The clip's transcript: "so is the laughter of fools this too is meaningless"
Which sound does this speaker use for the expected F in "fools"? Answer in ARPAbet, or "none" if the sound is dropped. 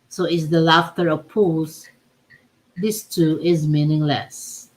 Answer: P